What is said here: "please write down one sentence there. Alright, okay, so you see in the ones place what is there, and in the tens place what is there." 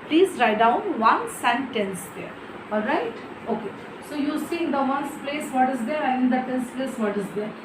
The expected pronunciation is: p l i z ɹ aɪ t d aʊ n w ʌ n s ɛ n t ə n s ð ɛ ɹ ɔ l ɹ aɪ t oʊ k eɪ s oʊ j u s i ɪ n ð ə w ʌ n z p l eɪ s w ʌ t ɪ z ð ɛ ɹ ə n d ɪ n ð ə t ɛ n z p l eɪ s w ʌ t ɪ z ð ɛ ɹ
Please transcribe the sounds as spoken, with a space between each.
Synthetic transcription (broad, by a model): p l i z ɹ aɪ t d aʊ n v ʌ n s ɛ n t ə n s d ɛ ɹ ɔ l ɹ aɪ t oʊ k eɪ s oʊ j u s i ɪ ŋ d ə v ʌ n s p l eɪ s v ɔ t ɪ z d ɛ ɹ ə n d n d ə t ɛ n s p l eɪ s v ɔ t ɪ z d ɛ ɹ